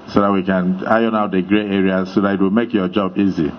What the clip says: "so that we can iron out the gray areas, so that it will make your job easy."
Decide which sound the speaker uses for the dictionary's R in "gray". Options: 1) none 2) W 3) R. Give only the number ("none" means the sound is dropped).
3